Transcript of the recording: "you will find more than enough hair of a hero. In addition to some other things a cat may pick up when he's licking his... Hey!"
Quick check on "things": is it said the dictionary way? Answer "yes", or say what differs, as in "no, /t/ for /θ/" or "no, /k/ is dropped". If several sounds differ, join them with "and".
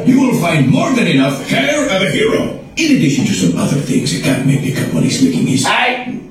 yes